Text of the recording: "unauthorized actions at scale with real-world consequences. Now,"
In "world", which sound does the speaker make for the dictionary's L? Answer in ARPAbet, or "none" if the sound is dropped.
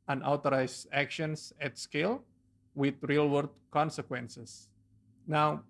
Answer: none